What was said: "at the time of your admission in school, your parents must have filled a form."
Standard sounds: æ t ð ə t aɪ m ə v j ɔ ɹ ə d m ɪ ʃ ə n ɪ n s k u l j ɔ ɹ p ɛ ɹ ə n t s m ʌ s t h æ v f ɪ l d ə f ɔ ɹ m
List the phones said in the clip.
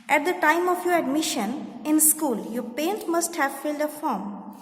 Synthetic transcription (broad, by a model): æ t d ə t aɪ m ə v j ɔ ɹ ə d m ɪ ʃ ə n ɪ n s k u l j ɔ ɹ p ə n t m ʌ s t h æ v f ɪ l d ə f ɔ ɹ m